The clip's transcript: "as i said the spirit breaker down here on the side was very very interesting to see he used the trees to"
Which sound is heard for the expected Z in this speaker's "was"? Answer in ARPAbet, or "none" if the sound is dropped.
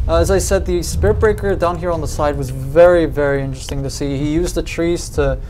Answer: Z